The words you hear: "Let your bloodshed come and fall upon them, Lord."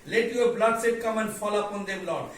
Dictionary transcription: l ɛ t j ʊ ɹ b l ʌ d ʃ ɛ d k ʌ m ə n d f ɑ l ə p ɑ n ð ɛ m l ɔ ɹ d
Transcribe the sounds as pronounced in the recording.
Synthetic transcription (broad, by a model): l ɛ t j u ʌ b l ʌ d s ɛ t k ʌ m ə n d f ɑ l ə p ɑ n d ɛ m l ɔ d